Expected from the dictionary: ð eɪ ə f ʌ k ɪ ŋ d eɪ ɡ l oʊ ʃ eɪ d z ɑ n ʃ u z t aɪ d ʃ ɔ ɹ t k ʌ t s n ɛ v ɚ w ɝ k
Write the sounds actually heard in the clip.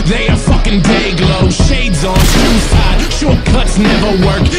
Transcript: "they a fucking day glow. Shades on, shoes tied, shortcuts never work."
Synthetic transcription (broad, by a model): ð eɪ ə f ʌ k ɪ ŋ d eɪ ɡ l oʊ ʃ eɪ d z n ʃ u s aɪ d ʃ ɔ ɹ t k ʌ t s n ɛ v ɚ w ɝ k